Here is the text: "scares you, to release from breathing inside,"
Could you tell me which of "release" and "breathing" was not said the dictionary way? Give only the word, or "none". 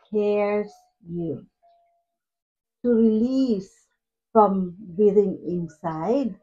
breathing